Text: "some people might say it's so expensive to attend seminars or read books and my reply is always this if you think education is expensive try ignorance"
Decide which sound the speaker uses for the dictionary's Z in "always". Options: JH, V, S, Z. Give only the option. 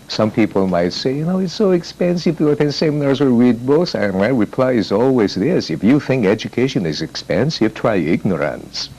Z